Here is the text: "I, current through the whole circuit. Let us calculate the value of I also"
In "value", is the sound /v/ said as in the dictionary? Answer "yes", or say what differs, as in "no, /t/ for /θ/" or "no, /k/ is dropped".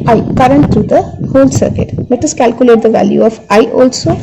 yes